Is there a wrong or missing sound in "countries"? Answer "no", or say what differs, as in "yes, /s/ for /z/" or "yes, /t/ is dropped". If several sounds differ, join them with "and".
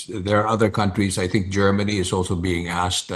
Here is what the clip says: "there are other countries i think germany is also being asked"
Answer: no